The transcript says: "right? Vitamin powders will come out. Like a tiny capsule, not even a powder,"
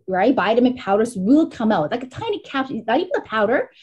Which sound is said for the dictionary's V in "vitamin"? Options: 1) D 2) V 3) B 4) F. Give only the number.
3